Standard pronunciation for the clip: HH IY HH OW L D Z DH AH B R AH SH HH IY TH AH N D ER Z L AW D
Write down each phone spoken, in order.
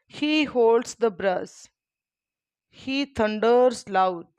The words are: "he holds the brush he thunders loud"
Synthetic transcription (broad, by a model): HH IY HH OW L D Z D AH B R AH S HH IY T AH N D ER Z L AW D